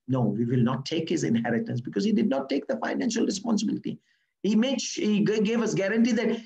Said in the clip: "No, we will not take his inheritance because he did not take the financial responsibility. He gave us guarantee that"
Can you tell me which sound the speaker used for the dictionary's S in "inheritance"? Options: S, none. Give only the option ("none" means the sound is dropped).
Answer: S